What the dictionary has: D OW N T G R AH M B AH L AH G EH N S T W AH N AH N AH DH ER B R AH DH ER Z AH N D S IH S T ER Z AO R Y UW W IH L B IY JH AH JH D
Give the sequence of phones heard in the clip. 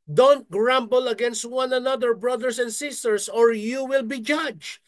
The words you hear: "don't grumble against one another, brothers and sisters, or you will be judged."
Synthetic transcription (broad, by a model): D OW N T G R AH M B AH L AH G EH N S T W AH N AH N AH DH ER B R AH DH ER S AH N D S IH S T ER S AO R Y UW W IH L B IY JH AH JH